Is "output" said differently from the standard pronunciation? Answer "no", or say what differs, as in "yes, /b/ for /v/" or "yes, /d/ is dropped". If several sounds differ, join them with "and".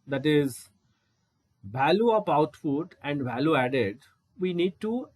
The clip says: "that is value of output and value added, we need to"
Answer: yes, /f/ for /p/